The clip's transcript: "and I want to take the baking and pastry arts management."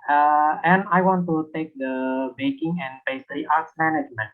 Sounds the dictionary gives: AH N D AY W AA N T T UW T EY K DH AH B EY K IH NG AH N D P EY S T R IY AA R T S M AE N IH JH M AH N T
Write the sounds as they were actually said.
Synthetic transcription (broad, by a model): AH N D AY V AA N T T UW T EY K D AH B EY K IH NG AH N D B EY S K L IY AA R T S M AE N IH JH M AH N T